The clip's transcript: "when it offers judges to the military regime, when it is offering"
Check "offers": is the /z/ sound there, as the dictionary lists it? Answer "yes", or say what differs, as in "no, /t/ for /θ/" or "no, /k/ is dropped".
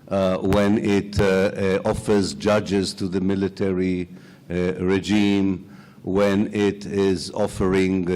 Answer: yes